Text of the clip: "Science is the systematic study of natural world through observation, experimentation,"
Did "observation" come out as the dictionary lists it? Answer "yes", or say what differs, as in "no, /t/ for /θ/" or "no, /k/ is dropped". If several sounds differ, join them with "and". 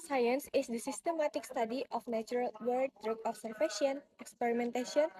no, /f/ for /v/